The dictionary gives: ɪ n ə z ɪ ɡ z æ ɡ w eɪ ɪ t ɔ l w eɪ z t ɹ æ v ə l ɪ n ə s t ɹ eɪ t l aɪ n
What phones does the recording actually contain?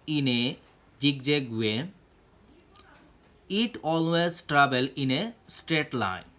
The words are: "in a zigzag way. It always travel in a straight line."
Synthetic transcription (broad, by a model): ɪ n ə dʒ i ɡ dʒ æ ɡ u eɪ ɪ t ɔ l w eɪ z t ɹ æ b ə l ɪ n ə s t ɹ eɪ t l aɪ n